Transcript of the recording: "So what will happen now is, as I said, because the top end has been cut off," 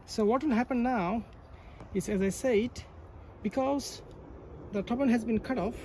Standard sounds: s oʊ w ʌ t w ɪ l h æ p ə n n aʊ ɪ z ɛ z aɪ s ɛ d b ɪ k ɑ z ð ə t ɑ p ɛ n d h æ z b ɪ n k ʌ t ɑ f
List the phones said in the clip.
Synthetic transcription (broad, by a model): s oʊ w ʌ t w ɪ l h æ p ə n n aʊ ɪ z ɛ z aɪ s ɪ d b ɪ k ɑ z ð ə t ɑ b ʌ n h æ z b ɪ n k ʌ t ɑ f